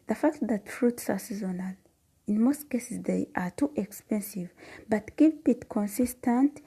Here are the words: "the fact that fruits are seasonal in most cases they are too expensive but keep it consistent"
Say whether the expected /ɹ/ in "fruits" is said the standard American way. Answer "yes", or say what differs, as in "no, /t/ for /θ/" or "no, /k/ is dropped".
yes